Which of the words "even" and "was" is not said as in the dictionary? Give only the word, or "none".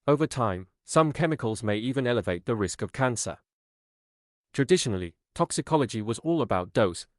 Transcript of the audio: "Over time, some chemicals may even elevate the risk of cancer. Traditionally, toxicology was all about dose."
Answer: none